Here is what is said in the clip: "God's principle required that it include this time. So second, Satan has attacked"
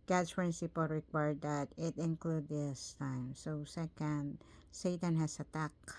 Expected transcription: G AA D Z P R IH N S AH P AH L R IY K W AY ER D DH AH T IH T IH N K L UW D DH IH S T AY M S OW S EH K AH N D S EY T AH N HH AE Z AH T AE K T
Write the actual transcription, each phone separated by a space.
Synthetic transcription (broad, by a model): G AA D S P R IH N S AH P AH L R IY K W AY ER D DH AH T IH T IH N K L UW D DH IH S T AY M S OW S EH K AH N D S EY T AH N HH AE S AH T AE K